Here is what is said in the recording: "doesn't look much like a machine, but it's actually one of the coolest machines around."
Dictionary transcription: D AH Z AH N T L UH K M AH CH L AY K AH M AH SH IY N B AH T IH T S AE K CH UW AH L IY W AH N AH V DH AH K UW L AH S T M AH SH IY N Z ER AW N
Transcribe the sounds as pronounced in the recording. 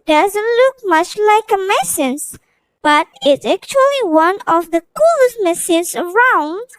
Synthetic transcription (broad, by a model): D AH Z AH N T L UH K M AH CH L AY K AH M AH S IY N B AH T IH T S AE K CH UW AH L IY W AH N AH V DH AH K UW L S M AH S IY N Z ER AW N